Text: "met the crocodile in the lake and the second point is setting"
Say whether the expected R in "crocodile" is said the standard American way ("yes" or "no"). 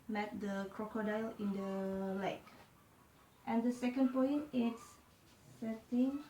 yes